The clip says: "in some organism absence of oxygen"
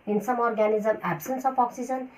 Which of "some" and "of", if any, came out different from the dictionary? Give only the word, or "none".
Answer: of